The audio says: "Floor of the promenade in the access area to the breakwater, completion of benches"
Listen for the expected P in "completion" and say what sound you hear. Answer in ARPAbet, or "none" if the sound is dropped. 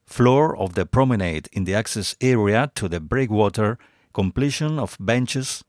P